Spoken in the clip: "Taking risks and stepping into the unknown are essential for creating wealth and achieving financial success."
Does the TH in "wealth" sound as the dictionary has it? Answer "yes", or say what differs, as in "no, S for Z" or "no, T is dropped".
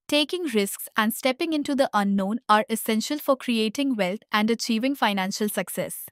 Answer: no, T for TH